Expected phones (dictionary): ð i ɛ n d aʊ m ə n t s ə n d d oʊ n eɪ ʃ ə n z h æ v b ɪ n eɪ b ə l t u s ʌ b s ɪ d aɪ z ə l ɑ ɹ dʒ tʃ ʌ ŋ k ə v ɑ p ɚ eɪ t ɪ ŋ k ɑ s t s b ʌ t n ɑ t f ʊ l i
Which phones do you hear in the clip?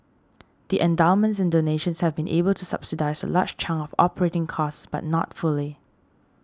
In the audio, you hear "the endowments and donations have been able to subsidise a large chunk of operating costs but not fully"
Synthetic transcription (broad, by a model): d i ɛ n d aʊ m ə n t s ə n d d oʊ n eɪ ʃ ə n s h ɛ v b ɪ n eɪ b ə l t u s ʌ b s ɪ d aɪ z ə l ɑ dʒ tʃ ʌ ŋ ə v ɑ p ɚ eɪ t ɪ ŋ k ɑ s s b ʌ t n ɑ t f ʊ l i